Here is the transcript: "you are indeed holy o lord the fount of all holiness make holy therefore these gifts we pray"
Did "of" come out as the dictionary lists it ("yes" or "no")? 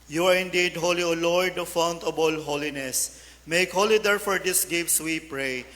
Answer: no